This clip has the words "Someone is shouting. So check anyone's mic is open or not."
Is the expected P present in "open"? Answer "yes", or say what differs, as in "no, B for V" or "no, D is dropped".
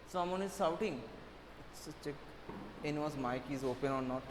yes